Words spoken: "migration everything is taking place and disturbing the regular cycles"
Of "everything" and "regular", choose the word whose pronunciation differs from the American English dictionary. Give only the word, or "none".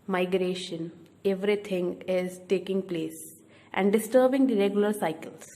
everything